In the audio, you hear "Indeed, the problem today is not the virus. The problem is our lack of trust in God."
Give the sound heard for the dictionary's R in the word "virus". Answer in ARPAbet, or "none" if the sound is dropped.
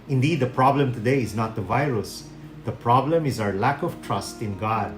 R